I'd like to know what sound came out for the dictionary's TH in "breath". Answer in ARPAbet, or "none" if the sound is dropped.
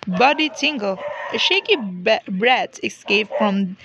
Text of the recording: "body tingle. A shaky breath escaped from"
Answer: T